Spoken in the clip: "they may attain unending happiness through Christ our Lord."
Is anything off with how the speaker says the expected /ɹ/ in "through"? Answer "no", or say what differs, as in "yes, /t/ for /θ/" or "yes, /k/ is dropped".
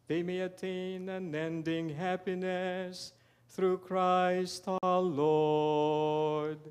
no